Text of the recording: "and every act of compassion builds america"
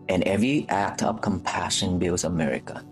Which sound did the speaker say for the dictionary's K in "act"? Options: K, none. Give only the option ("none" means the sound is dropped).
K